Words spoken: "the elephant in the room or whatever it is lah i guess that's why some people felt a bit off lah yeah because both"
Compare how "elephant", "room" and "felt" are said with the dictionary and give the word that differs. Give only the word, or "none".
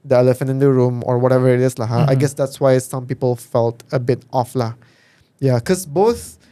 none